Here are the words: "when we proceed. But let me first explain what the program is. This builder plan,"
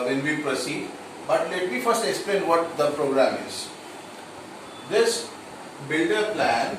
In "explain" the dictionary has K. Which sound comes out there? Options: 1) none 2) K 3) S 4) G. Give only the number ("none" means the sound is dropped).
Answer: 2